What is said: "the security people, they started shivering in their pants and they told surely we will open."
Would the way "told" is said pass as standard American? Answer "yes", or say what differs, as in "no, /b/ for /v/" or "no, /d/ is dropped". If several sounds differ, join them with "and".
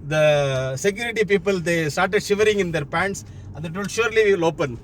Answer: no, /l/ is dropped